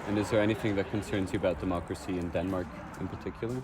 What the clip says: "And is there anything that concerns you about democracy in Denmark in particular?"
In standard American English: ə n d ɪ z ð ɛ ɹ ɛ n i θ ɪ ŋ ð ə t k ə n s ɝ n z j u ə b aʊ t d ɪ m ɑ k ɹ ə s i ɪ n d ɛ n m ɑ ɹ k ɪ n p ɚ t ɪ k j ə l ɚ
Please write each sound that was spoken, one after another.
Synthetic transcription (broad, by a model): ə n ɪ z ð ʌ ɹ ɛ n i θ ɪ ŋ ð ə t k ə n s ɝ n z j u ə b aʊ t d ɪ m ɑ k ɹ ə s i ɪ n d ɛ n m ɑ ɹ k ɪ n p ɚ t ɪ k j l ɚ